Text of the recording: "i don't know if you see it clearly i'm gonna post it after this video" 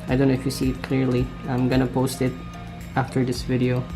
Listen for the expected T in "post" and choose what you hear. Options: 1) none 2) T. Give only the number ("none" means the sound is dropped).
2